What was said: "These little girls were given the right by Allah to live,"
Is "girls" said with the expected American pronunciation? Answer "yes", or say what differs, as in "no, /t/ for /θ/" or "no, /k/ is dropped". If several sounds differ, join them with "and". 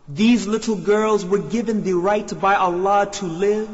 yes